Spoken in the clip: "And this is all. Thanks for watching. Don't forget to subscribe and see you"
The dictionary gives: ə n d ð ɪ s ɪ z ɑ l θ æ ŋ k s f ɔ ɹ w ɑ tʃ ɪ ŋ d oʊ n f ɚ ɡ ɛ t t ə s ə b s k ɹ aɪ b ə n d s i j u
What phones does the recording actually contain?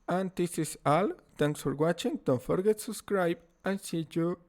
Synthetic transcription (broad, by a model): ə n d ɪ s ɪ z ɑ l t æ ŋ k s f ɔ ɹ w ɑ tʃ ɪ ŋ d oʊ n f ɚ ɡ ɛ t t s ə b s k ɹ aɪ b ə n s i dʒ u